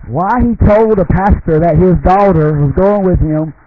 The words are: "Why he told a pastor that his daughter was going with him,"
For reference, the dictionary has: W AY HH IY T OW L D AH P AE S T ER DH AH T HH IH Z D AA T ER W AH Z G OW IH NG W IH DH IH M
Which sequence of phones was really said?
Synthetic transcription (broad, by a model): W AY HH IY T OW L D AH P AE S T ER DH AH T HH IH Z D AA T ER W AH Z G OW IH NG W IH DH IH M